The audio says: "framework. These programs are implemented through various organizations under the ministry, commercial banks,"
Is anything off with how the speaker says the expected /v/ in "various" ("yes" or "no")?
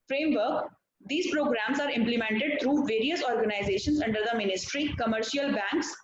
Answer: no